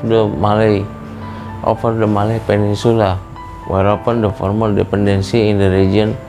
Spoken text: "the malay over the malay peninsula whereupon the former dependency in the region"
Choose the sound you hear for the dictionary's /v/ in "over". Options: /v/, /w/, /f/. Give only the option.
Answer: /f/